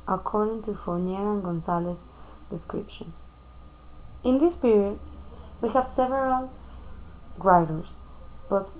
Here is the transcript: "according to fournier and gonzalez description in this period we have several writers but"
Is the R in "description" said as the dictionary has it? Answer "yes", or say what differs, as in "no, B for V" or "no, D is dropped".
yes